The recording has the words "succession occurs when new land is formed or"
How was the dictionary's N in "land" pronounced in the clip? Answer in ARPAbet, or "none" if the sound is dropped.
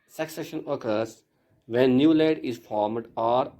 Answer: none